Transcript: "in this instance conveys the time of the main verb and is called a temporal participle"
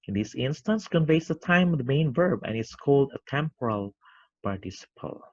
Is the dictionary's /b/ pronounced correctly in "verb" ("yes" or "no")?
yes